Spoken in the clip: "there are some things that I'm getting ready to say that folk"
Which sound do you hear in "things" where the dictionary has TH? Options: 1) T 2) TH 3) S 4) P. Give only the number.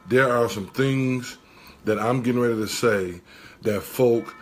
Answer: 2